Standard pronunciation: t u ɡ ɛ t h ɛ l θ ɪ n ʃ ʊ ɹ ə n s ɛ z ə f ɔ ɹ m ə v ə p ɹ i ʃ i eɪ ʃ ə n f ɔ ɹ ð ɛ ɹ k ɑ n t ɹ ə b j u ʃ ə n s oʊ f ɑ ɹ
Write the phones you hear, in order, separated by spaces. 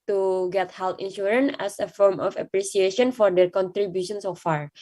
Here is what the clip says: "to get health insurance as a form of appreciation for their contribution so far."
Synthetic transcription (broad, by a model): t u ɡ ɛ t h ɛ l t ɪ n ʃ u ɹ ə n ɛ s ə f ɔ ɹ m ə f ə p ɹ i s i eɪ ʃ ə n f ɔ ɹ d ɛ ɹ k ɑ n t ɹ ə b j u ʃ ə n s oʊ f ɑ ɹ